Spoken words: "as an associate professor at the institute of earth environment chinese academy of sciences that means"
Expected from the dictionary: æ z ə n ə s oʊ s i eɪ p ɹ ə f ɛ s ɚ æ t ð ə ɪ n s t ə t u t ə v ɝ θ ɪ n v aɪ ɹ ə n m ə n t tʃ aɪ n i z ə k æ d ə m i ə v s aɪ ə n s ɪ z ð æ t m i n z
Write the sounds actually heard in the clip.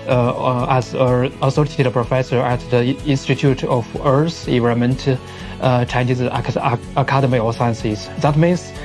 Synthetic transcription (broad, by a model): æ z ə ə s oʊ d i p ɹ ə f ɛ s ɚ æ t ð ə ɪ n s t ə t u t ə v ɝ s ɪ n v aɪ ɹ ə m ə n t tʃ aɪ n i z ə k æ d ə m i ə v s aɪ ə n s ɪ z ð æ t m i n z